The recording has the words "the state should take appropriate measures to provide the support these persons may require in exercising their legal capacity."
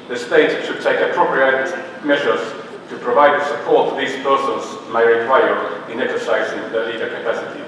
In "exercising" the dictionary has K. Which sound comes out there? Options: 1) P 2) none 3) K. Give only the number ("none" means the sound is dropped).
3